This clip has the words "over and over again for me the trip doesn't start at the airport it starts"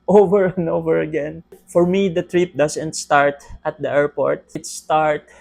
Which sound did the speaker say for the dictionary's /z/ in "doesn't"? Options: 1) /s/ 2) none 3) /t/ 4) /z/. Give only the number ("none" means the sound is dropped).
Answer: 1